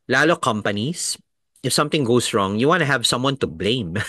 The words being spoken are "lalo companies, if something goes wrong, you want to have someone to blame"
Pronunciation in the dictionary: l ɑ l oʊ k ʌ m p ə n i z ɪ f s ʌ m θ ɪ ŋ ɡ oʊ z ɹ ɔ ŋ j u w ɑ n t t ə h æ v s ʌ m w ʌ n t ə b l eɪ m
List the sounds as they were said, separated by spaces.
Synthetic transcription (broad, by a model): l ɑ l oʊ k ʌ m p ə n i s ɪ f s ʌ m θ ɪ ŋ ɡ oʊ s ɹ ɔ ŋ j u w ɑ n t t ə h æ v s ʌ m w ʌ n t ə b l eɪ m